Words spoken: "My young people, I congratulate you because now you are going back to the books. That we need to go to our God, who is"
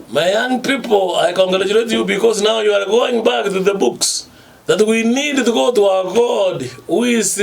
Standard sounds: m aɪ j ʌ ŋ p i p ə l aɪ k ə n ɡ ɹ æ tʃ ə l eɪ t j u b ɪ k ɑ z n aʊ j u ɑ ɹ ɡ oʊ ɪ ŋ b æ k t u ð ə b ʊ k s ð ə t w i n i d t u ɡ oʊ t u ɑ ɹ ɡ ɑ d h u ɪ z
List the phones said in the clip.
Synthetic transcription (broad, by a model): m aɪ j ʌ ŋ p i p ə l aɪ k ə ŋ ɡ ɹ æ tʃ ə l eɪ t j u b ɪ k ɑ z n aʊ j u ɑ ɹ ɡ oʊ ɪ ŋ b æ k t u ð ə b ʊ k s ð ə t w i n i d t u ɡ oʊ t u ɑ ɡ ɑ d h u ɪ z